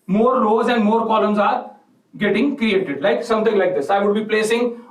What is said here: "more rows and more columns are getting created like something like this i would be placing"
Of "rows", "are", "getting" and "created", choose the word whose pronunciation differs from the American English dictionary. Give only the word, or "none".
rows